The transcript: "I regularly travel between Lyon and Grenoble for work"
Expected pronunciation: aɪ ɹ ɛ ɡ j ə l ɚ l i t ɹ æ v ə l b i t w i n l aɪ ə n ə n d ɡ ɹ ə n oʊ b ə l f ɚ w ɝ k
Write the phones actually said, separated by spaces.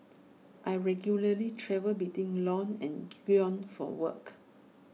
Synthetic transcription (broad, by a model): aɪ ɹ ɛ ɡ j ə l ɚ l i t ɹ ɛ v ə l b i t w i n l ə n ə n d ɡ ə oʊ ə n f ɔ w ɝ k